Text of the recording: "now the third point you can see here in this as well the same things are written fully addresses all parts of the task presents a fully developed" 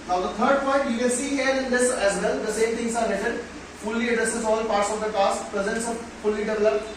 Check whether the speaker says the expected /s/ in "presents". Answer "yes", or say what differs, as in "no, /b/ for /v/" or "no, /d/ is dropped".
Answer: yes